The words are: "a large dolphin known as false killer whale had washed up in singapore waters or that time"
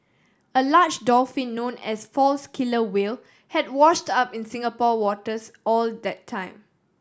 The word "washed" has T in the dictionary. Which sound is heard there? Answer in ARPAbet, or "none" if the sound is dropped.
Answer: T